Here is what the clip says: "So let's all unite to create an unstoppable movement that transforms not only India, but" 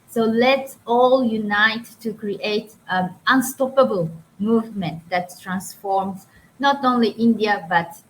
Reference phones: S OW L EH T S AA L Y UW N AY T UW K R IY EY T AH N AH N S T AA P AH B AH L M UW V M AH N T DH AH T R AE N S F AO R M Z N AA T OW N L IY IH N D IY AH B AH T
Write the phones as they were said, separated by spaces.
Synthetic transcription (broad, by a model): S OW L EH T S AA L Y UW N AY T UW K R IY T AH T AH N S T AA P AH B AH L M UW V M AH N T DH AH T R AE N S F AO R M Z N AA T OW N L IY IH N D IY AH B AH T